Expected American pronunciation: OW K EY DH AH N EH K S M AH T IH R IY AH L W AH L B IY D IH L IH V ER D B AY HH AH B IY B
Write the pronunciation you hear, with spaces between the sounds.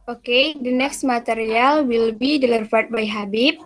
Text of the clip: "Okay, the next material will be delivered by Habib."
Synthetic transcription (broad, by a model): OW K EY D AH N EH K S M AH T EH R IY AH L W AH L B IY D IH L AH F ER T B AY HH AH B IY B